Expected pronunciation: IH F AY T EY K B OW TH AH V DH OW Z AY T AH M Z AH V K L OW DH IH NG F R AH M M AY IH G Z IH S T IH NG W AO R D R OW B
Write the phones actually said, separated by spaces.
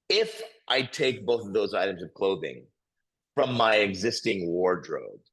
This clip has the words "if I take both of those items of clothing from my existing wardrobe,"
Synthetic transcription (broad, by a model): IH F AY T EY K B OW TH AH V DH OW Z AY T AH M Z AH V K L OW DH IH NG F R AH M M AY IH G Z IH S T IH NG W AO R D R OW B